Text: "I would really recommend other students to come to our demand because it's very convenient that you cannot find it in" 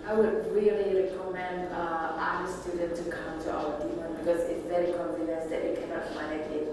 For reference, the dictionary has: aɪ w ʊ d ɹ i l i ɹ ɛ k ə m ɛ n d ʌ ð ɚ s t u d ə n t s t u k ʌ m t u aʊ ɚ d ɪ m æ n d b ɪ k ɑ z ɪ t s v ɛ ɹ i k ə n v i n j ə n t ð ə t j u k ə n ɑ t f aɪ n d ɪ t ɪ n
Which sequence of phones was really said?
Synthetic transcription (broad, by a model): aɪ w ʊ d ɹ i l i ɹ ɛ k ə m ɛ n d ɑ ɚ s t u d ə n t t u k ʌ m t u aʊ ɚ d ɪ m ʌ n b ɪ k ɑ z ɪ t s v ɛ ɹ i k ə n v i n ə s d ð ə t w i k ə n ɑ t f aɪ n ɪ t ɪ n